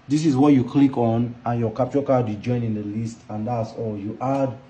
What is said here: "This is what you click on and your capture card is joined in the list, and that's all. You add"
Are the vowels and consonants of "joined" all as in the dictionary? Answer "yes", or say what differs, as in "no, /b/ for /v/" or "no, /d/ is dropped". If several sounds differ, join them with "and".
no, /d/ is dropped